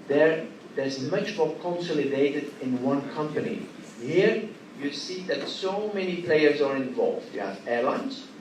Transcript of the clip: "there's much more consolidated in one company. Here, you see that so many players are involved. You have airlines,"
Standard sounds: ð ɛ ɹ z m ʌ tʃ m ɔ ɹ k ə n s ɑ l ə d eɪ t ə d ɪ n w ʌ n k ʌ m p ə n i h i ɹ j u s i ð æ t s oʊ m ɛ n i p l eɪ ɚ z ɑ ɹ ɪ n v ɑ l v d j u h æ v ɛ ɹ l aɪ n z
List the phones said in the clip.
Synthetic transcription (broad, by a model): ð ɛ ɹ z m ʌ tʃ m ɔ ɹ k ə n s ɑ l ə d eɪ t ə d ɪ n w ʌ n k ʌ m p ə n i h i ɹ j u s i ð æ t s oʊ m ɛ n i p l eɪ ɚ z ɑ ɹ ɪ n v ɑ l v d j u h æ v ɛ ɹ l aɪ n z